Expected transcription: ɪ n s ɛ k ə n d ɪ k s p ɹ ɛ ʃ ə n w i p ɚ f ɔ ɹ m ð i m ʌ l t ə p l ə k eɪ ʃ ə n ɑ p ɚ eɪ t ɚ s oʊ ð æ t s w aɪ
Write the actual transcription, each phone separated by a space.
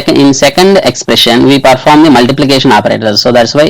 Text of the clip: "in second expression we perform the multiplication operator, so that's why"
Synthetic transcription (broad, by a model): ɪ n s ɛ k ə n d ɪ k s p ɹ ɛ ʃ ə n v i p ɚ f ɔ ɹ m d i m ʌ l t ə p l ə k eɪ ʃ ə n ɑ p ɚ eɪ t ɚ s oʊ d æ t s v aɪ